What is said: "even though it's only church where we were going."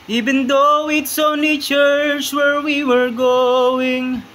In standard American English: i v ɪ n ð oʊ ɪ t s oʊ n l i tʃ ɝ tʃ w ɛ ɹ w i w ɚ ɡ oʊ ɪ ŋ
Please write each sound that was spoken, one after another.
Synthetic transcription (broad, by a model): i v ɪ n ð oʊ ɪ t s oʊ n i tʃ ɝ tʃ w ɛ ɹ w i w ɚ ɡ oʊ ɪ ŋ